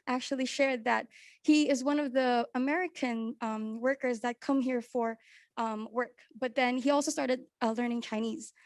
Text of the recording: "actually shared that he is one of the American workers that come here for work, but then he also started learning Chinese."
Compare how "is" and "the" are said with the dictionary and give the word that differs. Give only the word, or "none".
none